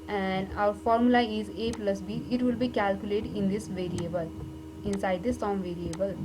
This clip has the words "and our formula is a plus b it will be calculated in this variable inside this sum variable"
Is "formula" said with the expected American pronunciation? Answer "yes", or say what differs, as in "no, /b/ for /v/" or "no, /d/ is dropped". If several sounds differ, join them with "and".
yes